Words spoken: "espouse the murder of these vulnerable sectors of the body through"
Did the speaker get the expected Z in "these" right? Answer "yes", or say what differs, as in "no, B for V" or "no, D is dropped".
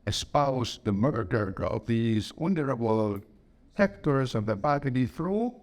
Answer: yes